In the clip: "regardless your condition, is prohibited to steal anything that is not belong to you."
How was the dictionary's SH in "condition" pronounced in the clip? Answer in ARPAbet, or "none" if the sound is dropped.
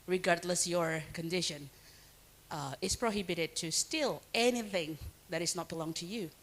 SH